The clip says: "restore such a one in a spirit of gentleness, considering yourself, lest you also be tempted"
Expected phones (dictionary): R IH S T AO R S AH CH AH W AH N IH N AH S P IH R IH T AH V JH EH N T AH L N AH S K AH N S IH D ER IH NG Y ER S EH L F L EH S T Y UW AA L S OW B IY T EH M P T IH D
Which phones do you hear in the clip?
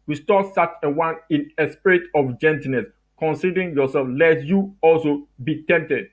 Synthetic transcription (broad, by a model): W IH S T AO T S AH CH AH W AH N IH N AH S P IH R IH T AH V JH EH N T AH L N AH S K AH N S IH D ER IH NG Y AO S EH L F L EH T Y UW AA L S OW B IY T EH M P T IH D